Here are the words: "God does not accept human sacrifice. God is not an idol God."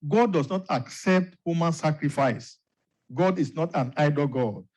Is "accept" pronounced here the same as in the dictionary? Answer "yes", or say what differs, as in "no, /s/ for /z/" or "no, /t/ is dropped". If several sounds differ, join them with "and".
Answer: yes